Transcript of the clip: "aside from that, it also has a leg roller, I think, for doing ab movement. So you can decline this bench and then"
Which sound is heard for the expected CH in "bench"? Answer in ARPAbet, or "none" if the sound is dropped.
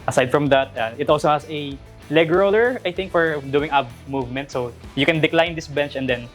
CH